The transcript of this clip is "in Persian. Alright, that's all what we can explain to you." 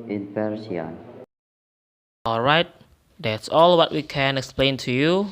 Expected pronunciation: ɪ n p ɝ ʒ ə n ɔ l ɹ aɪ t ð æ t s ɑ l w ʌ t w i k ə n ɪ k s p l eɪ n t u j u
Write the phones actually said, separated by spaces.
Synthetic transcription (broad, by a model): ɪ n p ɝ s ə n ɔ l ɹ aɪ t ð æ t s ɑ l w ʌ t w i k ə n ɪ k s p l eɪ n t u j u